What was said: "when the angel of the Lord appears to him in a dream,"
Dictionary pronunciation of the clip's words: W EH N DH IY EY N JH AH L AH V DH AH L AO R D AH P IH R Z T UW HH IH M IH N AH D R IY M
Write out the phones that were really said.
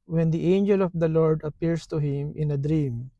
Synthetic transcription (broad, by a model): W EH N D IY EY N JH AH L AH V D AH L AO R D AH P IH R S T UW HH IH M IH N AH D R IY M